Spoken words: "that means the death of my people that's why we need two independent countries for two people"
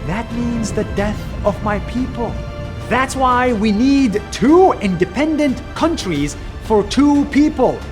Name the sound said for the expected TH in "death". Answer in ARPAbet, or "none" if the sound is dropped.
TH